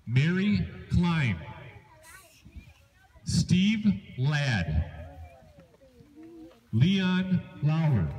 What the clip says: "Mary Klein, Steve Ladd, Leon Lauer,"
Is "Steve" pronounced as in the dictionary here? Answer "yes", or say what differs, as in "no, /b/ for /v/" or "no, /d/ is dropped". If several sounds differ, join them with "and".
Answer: yes